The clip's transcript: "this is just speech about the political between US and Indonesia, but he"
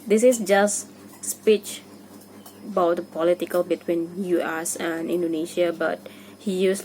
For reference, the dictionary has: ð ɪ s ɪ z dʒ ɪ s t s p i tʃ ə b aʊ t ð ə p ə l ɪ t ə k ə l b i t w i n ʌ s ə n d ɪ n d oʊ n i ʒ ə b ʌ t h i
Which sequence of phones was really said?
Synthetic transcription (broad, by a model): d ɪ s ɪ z dʒ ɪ s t s p i tʃ ə b aʊ t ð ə p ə l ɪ t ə k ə l b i t w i n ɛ s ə n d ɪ n d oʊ n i ʃ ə b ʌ t h i